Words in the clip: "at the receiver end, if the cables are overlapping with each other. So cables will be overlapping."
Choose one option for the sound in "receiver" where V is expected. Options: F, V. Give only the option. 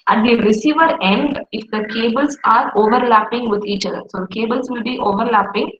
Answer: V